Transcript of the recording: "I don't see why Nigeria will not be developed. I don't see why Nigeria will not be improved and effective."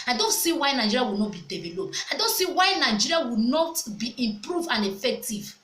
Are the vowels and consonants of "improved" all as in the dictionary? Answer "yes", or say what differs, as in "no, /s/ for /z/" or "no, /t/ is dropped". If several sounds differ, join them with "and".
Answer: no, /d/ is dropped